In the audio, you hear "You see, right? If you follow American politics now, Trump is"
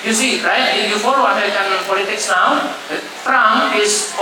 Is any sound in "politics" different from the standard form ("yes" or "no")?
no